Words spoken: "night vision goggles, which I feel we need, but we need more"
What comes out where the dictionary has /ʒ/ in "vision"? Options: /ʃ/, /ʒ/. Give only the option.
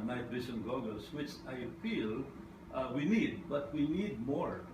/ʃ/